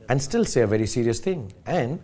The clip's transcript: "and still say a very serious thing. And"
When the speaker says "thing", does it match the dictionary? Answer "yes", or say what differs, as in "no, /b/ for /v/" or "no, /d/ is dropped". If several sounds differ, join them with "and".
no, /t/ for /θ/